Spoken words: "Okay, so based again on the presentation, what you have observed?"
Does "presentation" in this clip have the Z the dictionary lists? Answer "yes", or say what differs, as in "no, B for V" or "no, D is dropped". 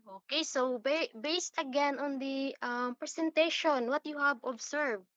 no, S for Z